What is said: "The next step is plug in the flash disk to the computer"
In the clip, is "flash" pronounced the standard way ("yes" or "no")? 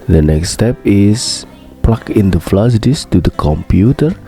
no